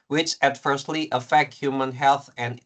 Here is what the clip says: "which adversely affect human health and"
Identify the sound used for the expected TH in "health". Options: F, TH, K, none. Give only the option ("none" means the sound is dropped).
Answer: TH